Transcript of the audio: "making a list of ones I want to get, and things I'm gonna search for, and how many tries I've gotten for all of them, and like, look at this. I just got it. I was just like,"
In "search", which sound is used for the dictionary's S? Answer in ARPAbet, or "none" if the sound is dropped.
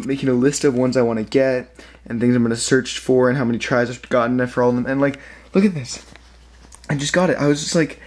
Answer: S